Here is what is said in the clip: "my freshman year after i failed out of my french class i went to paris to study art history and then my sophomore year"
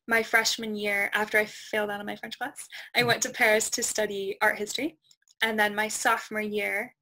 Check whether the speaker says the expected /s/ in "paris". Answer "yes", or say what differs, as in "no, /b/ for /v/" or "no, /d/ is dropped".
yes